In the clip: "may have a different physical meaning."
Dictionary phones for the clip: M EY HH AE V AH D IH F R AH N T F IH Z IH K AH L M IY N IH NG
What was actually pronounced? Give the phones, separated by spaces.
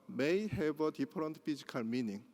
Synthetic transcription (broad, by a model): M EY HH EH B AH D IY P R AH N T P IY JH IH K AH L M IY N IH NG